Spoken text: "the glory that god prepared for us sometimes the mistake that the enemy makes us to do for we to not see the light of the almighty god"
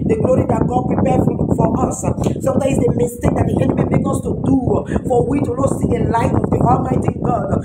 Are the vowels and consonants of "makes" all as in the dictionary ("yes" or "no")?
no